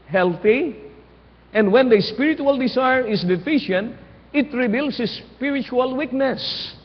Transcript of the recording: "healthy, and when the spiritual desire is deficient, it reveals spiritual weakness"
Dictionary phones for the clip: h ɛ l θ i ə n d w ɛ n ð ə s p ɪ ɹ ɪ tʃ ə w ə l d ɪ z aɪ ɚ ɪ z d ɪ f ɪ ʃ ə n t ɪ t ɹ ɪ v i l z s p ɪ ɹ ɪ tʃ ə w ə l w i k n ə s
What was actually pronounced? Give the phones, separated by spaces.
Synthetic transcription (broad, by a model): h ɛ l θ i ə n d w ɛ n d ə s p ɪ ɹ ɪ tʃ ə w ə l d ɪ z aɪ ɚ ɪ s d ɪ f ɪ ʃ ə n t ɪ t ɹ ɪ b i l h s p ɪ ɹ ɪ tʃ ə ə l w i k n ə s